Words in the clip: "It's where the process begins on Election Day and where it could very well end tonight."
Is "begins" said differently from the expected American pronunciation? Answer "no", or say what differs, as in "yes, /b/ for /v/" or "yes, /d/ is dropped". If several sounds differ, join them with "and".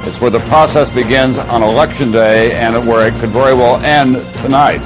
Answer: no